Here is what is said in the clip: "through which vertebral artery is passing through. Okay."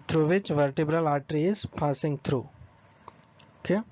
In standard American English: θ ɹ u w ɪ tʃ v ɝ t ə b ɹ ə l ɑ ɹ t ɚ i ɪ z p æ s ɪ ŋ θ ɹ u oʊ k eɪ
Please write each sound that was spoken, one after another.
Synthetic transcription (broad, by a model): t ɹ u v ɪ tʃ v ɝ t ə b ɹ ə l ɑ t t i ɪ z p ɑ s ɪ ŋ t ɹ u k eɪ